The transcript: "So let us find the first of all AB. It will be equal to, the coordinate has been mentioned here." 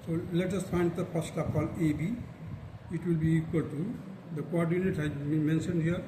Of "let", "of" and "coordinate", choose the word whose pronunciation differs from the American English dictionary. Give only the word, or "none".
of